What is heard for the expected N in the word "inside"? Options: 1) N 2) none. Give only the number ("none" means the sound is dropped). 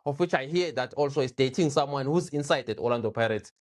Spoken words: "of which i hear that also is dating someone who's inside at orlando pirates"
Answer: 1